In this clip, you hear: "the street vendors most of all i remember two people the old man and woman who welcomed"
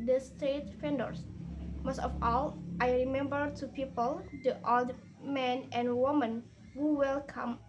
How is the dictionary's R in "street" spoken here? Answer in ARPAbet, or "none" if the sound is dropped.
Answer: none